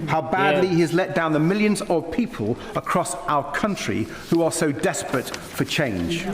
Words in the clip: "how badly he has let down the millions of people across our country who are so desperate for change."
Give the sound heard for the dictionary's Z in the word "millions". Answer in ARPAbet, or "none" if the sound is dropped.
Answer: Z